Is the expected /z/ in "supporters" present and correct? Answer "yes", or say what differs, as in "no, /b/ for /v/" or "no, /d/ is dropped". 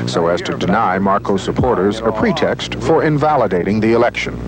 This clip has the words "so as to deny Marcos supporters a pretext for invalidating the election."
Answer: yes